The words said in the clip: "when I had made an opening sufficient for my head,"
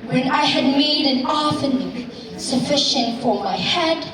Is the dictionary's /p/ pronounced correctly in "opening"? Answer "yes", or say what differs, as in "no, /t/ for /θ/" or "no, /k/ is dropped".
no, /f/ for /p/